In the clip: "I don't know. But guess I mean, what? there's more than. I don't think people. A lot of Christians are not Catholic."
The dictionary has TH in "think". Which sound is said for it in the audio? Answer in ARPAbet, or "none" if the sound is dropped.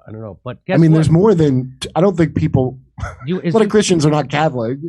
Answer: TH